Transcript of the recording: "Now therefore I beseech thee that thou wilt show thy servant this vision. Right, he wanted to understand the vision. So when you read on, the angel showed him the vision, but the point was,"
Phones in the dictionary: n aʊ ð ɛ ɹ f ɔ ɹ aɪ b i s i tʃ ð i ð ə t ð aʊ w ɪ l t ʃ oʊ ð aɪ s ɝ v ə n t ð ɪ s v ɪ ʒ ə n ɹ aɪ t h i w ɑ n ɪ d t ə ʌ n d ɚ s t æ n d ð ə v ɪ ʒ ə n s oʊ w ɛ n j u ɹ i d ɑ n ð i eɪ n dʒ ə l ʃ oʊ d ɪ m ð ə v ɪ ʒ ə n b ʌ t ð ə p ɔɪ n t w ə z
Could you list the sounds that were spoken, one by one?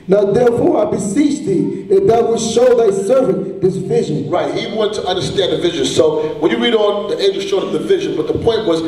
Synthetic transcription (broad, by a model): n aʊ ð ɛ ɹ f ɔ ɹ aɪ b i s i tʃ ð i ð ə t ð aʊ w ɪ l ʃ oʊ ð aɪ s ɝ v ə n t ð ɪ s v ɪ ʒ ə n ɹ aɪ t h i w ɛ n t ə ʌ n d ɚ s t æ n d ð ə v ɪ ʒ ə n s oʊ w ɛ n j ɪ ɹ i d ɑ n ð i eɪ dʒ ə ʃ oʊ d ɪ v ð ə v ɪ ʒ ə n b ʌ t ð ə p ɔɪ n t w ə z